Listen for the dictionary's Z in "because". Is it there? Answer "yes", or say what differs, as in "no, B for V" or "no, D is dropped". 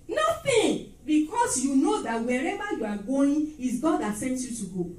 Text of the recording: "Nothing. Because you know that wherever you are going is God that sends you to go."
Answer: no, S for Z